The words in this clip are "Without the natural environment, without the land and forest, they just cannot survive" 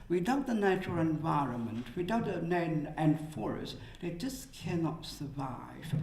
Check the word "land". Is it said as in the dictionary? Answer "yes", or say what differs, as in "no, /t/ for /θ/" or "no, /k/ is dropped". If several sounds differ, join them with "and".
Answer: no, /n/ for /l/ and /d/ is dropped